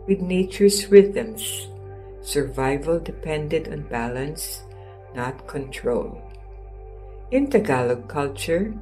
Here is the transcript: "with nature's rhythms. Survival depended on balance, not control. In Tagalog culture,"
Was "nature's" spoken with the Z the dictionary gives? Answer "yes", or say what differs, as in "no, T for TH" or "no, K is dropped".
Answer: no, S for Z